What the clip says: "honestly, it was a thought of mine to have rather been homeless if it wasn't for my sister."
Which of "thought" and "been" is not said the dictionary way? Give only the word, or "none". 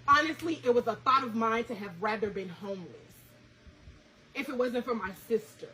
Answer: none